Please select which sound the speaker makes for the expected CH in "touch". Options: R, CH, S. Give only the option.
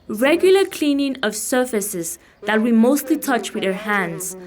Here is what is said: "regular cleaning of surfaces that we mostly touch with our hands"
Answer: CH